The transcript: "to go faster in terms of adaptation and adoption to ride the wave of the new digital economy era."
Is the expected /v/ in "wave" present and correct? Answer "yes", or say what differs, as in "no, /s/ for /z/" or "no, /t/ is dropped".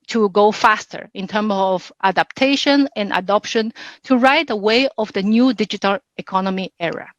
no, /v/ is dropped